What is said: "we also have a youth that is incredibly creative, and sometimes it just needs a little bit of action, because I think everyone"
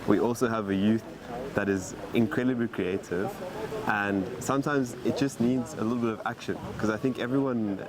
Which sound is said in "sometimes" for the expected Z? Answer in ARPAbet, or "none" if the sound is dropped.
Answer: Z